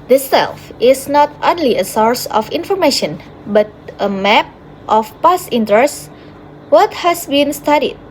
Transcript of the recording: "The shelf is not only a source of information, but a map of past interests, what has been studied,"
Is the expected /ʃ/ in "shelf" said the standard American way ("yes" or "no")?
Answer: no